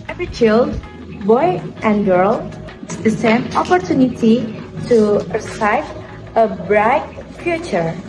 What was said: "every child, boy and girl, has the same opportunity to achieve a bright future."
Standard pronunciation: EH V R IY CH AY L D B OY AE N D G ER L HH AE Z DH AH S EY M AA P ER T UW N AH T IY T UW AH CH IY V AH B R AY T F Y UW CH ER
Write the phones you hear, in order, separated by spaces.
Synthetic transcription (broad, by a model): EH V R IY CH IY L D B OY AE N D G ER L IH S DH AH S EY M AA P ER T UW N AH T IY T UW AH S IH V AH B R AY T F Y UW CH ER